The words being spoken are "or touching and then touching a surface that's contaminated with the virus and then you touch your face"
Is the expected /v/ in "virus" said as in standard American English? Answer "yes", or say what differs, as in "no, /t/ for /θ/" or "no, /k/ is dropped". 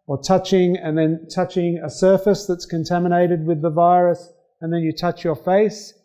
yes